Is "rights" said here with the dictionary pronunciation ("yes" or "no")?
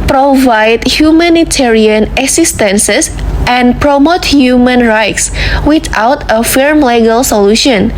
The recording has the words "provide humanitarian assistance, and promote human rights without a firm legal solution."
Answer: yes